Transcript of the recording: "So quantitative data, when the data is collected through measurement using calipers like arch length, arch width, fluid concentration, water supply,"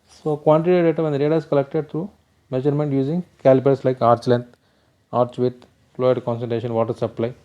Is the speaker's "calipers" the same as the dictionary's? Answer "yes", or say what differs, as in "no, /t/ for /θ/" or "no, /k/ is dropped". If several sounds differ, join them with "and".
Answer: no, /s/ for /z/